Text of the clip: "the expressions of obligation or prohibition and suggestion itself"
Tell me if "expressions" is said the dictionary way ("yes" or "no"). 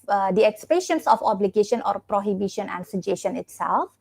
no